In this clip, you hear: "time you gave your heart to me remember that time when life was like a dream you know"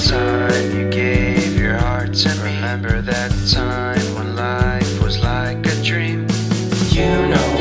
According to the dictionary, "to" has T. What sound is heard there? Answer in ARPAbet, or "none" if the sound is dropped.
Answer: S